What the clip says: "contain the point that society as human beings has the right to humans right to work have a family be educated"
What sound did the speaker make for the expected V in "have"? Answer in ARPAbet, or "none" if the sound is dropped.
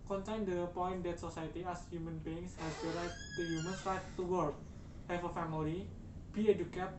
F